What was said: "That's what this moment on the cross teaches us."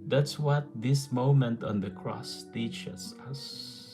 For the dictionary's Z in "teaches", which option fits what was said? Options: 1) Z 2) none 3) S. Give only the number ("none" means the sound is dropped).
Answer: 3